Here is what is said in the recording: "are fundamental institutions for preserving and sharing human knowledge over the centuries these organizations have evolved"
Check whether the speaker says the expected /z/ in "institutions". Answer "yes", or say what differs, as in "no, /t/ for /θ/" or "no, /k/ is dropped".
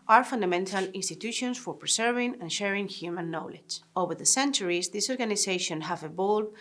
no, /s/ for /z/